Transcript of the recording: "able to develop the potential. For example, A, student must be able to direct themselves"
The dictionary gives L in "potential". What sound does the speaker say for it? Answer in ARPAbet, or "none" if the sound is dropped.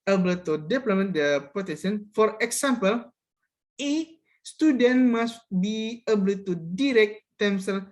N